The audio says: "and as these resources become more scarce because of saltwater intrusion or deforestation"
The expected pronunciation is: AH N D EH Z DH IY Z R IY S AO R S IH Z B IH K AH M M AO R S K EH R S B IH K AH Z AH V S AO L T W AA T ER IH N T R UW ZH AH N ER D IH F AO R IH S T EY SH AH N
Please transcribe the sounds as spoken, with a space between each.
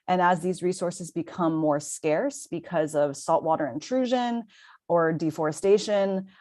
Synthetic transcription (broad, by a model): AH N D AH Z DH IY Z R IY S AO R S IH Z B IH K AH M M AO R S K EH R S B IH K AH Z AH V S AO L T W AA T ER IH N T R UW ZH AH N ER D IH F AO R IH S T EY SH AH N